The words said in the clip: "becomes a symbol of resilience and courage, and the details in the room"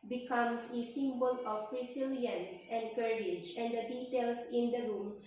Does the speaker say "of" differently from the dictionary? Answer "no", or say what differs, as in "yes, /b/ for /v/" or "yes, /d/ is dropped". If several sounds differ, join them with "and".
yes, /p/ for /v/